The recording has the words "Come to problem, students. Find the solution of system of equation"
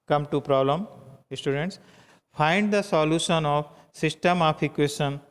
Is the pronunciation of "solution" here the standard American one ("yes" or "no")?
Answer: yes